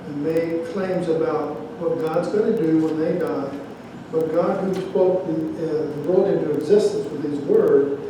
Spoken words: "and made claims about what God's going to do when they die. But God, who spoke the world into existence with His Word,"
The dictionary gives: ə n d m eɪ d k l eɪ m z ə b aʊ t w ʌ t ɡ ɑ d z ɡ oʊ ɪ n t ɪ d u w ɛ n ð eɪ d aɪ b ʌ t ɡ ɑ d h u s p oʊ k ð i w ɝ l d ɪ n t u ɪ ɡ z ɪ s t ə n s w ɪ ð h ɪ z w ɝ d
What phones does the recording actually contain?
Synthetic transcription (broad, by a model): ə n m eɪ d k l eɪ m z ə b aʊ t w ʌ t ɡ ɑ d z ɡ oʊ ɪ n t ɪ d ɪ w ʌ n ð eɪ d aɪ b ʌ t ɡ ɑ d h u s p oʊ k ð i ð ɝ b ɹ ɪ n t u ɪ ɡ z ɪ s t ə n s w ɪ ð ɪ z w ɝ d